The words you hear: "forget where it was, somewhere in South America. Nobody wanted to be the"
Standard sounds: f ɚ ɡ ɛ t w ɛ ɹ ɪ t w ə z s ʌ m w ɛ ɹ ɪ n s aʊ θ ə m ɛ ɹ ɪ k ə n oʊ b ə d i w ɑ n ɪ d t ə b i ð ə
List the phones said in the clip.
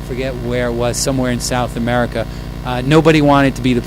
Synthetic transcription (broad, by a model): f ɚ ɡ ɛ t w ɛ ɹ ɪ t w ə z s ʌ m w ɛ ɹ ɪ n s aʊ θ ə m ɛ ɹ ɪ k ə n oʊ b ə d i w ɑ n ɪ d t ə b i ð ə